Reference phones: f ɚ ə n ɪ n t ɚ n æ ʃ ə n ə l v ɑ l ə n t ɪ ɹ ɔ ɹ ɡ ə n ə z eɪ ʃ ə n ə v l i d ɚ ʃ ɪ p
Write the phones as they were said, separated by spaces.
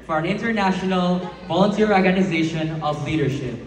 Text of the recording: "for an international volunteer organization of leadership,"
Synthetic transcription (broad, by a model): f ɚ ə n ɪ n t ɚ n æ ʃ ə n ə l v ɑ l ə n t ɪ ɹ ɔ ɹ ɡ ə n ə z eɪ ʃ ə n ə v l i d ɚ ʃ ɪ p